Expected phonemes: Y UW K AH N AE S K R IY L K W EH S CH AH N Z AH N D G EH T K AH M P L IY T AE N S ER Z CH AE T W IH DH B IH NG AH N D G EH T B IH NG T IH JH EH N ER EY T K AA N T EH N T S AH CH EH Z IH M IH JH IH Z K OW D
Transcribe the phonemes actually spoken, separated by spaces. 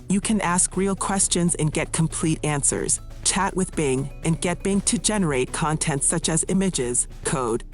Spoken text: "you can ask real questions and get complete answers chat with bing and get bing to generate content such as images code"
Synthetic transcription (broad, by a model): Y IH K AH N AE S K R IY L K W EH S CH AH N Z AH N G EH T K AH M P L IY T AE N S ER Z CH AE T W IH DH B IH NG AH N G EH T B IH NG T IH JH EH N ER EY T K AA N T EH N T S AH CH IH Z IH M IH JH IH Z K OW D